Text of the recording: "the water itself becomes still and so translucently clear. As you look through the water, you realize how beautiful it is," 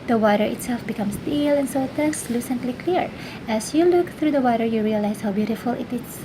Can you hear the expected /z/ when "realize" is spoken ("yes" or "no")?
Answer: no